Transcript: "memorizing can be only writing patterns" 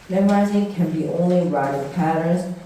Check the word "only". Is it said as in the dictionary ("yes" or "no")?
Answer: yes